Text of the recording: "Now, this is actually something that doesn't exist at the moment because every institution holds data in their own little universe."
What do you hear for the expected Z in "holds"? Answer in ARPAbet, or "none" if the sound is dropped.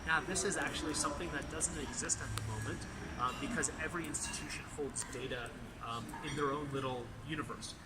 Z